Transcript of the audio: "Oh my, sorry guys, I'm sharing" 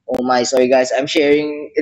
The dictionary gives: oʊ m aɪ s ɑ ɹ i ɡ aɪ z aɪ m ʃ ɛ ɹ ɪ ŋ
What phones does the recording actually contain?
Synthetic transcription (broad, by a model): oʊ m aɪ s ɑ ɹ i ɡ aɪ s aɪ m ʃ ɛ ɹ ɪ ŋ